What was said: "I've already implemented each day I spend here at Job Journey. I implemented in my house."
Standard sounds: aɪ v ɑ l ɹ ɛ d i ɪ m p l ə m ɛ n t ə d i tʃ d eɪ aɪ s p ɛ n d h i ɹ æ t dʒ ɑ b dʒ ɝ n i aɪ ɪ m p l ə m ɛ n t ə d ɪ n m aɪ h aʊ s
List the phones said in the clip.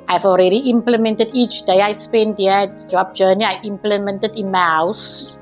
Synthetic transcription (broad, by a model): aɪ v ɑ l ɹ ɛ d i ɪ m p l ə m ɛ n t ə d i tʃ d eɪ aɪ s p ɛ n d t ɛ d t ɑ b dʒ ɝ n i aɪ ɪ m p l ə m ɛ n t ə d ɪ n m aɪ h aʊ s